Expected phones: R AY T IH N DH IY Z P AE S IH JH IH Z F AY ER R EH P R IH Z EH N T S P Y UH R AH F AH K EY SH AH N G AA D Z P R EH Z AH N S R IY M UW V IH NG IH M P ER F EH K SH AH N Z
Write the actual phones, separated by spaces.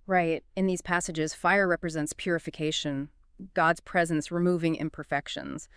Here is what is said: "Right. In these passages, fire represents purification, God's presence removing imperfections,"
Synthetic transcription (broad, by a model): R AY T IH N DH IY Z P AE S IH JH IH Z F AY ER R EH P R IH Z EH N T S P Y UH R AH F AH K EY SH AH N G AA D Z P R EH Z AH N S R IY M UW V IH NG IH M P ER F EH K SH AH N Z